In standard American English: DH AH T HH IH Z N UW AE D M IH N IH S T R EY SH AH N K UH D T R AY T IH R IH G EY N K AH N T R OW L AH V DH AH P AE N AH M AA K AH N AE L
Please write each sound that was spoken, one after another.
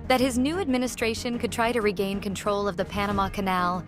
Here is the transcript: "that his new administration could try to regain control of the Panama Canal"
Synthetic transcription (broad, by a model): DH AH T HH IH Z N UW AE D M IH N IH S T R EY SH AH N K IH D T R AY T IH R IH G EY N K AH N T R OW L AH V DH AH P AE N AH M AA K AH N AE L